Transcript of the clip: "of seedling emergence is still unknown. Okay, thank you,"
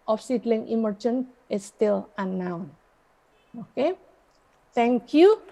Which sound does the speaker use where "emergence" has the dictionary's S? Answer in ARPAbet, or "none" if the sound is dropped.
none